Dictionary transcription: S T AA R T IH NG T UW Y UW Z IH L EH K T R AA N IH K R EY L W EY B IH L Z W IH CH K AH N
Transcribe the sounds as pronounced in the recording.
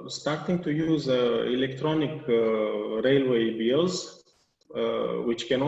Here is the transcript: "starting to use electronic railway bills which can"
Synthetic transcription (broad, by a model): S T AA R T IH NG T UW Y UW Z IH L EH K T R AA N IH K R EY L W EY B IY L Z W IH CH K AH N